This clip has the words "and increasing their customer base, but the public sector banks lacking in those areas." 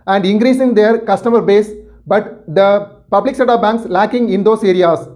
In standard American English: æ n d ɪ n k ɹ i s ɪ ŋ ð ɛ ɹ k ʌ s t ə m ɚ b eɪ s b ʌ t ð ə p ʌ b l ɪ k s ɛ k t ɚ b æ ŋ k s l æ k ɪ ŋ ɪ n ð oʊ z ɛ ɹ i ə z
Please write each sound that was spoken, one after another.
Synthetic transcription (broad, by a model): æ n d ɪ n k ɹ i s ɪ ŋ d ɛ ɹ k ʌ s t ə m ɚ b eɪ s b ʌ t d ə p ʌ b l ɪ k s ɛ t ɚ b æ ŋ k s l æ k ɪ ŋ ɪ n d oʊ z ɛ ɹ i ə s